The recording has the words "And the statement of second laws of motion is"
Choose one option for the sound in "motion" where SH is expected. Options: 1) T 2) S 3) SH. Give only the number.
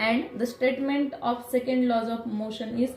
3